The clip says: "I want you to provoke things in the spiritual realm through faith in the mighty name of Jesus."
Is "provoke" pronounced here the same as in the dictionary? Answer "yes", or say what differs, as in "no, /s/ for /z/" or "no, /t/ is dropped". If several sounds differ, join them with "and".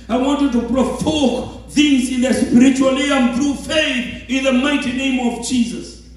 no, /f/ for /v/